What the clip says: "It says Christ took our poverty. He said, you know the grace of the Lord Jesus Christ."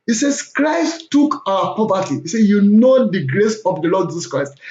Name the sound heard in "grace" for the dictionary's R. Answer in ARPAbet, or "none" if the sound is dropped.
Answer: R